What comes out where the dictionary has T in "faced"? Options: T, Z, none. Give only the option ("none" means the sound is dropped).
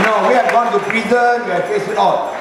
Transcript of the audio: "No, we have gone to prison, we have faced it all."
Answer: none